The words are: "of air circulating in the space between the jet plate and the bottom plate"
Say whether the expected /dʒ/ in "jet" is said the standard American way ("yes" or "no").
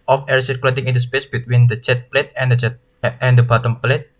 no